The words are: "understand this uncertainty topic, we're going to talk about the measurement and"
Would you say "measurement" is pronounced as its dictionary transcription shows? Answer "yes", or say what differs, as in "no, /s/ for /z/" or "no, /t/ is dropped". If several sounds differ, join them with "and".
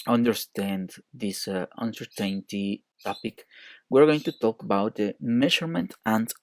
no, /ʃ/ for /ʒ/